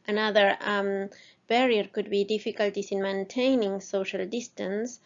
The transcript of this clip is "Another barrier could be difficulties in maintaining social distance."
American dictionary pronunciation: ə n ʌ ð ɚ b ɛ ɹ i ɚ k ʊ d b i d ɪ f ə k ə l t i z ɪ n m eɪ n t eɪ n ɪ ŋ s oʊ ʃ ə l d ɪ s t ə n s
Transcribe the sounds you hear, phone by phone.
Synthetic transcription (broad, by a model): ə n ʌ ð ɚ b ɛ ɹ i ɚ k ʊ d b i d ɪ f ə k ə l t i s ɪ n m eɪ n t eɪ n ɪ ŋ s oʊ ʃ ə l d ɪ s t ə n s